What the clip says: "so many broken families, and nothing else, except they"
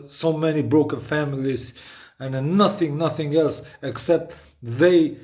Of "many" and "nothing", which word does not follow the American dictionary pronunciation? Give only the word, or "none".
none